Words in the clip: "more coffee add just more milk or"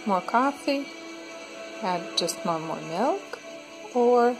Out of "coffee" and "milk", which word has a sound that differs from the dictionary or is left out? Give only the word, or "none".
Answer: none